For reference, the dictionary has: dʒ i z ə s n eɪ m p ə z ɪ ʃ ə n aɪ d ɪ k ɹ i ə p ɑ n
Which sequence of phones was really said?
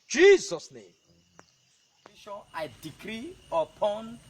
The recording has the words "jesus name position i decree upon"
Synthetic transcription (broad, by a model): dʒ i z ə s n eɪ m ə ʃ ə aɪ d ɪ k ɹ i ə p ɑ n